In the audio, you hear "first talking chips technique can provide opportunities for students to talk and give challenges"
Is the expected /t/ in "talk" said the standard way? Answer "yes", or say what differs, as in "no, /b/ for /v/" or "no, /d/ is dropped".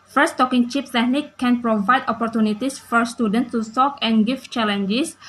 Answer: no, /s/ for /t/